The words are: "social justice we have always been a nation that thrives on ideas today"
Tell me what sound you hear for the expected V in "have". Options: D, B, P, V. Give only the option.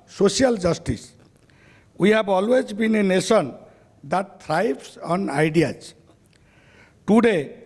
B